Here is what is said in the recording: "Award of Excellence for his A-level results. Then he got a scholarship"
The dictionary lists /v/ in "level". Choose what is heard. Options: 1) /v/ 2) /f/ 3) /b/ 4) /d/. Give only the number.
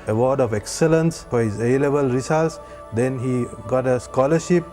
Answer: 3